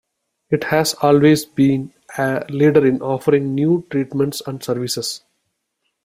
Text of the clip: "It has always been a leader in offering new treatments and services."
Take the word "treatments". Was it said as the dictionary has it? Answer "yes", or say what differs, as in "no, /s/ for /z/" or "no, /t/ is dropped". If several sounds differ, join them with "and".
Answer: yes